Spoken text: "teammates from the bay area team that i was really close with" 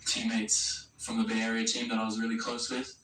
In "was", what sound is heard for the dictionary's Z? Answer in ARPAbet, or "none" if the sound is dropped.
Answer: Z